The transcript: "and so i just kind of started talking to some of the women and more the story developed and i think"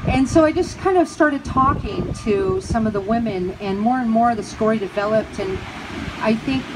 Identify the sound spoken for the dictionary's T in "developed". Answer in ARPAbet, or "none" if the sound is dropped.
T